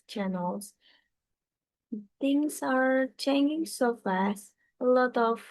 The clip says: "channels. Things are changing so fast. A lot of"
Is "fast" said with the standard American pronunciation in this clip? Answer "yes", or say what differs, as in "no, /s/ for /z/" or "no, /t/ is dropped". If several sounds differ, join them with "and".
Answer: no, /t/ is dropped